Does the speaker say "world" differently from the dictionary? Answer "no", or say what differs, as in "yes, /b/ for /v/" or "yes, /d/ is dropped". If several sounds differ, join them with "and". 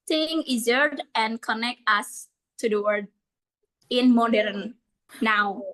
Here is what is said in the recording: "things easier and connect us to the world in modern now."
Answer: yes, /l/ is dropped